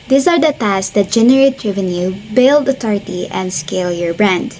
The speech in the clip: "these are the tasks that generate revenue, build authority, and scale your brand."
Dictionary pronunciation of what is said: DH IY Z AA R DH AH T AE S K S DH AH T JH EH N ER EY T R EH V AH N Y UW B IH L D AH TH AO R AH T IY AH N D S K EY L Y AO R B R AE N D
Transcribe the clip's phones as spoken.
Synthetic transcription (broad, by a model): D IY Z AA R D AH T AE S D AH T JH EH N ER EY T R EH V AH N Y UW B IH L D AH T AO R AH T IY AH N D S K EY L Y AO R B R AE N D